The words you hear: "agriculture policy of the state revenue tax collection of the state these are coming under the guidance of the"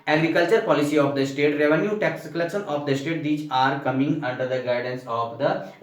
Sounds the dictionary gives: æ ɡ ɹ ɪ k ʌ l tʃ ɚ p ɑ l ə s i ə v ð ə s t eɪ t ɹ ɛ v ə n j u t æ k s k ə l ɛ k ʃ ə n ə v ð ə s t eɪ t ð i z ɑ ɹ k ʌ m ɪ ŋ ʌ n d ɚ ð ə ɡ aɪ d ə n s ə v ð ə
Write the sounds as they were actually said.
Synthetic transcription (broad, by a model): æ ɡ ɹ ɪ k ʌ l tʃ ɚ p ɑ l ə s i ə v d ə s t eɪ t ɹ ɛ v ə n j u t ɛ k s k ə l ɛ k s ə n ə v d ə s t eɪ t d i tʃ ɑ ɹ k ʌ m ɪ ŋ ʌ n d ɚ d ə ɡ aɪ d ə n s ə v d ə